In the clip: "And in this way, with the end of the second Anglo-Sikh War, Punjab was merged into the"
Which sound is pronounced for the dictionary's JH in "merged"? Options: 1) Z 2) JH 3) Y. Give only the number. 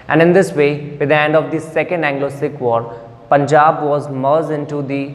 1